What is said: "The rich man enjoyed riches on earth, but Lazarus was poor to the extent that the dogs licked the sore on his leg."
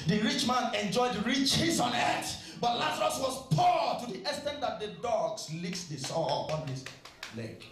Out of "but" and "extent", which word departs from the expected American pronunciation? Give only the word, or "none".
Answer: extent